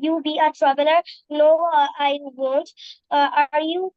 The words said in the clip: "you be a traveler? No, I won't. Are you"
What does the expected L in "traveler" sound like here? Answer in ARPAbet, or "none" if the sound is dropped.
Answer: N